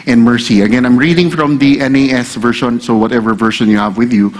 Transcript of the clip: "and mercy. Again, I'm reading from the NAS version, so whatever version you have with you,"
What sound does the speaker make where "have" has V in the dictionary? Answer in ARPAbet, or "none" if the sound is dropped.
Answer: V